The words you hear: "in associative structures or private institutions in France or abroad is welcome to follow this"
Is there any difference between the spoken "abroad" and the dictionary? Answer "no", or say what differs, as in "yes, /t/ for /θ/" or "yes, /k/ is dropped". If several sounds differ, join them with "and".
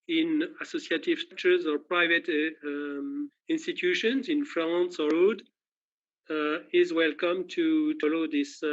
yes, /b/ is dropped